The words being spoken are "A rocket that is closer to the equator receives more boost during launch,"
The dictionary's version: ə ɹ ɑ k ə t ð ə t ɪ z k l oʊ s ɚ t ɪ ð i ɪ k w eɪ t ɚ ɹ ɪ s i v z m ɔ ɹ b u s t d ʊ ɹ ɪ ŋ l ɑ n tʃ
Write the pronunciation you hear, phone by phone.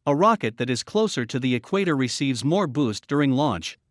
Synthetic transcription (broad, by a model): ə ɹ ɑ k ə t ð ə t ɪ z k l oʊ s ɚ t ɪ ð i ɪ k w eɪ t ɚ ɹ ɪ s i v z m ɔ ɹ b u s d ʊ ɹ ɪ ŋ l ɑ n tʃ